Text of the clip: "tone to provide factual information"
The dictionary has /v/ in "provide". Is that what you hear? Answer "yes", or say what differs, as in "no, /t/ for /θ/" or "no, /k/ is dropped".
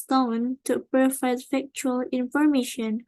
no, /f/ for /v/